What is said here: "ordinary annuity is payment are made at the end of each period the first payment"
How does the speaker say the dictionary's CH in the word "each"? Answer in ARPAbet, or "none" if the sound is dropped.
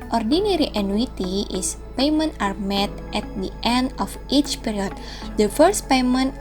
CH